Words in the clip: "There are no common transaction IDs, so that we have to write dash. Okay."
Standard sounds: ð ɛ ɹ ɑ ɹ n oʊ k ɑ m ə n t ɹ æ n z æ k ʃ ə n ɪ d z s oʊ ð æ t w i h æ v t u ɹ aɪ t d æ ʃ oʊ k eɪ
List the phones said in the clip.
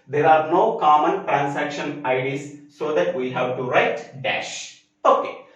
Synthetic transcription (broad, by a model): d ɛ ɹ ɑ ɹ n oʊ k ɑ m ə n t ɹ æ n s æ k ʃ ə n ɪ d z s oʊ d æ t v i h æ v t u ɹ aɪ t d æ ʃ oʊ k eɪ